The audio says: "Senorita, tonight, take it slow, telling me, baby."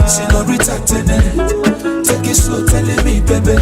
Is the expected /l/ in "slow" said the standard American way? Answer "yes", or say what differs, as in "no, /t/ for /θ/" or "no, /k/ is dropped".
no, /l/ is dropped